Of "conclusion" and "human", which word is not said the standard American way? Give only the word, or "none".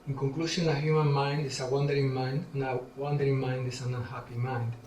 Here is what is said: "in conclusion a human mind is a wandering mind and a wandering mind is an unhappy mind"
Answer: conclusion